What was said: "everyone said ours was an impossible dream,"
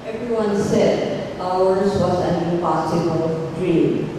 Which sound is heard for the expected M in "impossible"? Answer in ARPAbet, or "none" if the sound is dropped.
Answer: none